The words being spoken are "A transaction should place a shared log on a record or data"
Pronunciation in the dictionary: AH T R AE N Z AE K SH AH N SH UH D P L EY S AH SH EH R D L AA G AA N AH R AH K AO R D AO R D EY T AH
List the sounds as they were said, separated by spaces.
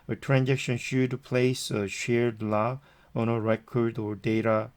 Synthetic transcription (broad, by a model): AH T R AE N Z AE K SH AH N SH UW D P L EY S AH SH EH R D L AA AA N AH R AH K AO R D AO R D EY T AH